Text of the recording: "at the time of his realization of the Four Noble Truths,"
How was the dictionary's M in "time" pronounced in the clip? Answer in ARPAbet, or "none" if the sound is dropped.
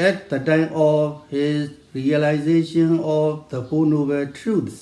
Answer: M